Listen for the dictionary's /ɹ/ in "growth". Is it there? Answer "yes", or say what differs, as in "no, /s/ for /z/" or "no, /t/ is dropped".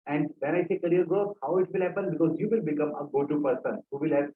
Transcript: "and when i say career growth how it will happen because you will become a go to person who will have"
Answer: no, /ɹ/ is dropped